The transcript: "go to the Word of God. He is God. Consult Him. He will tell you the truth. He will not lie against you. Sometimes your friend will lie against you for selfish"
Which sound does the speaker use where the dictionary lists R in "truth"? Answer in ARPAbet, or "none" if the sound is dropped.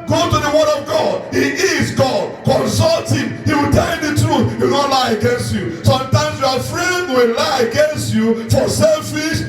R